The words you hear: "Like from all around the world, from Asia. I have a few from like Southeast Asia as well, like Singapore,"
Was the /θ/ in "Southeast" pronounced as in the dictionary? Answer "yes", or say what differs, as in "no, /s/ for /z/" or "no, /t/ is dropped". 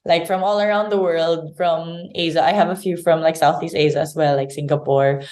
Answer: yes